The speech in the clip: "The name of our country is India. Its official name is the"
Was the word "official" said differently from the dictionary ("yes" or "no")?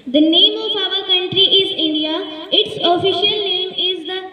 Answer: no